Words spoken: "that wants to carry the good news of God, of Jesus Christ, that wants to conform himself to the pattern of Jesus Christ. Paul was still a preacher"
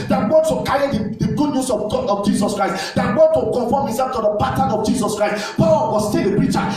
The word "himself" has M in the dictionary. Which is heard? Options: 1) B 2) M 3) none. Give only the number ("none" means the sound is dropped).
3